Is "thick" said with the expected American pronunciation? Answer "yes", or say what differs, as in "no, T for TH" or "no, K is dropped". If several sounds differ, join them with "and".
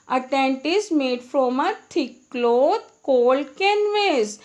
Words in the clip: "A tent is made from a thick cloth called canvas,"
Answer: no, T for TH